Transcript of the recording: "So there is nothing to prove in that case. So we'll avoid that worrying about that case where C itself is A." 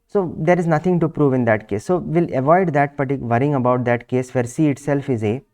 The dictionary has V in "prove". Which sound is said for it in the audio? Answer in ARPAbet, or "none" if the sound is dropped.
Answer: V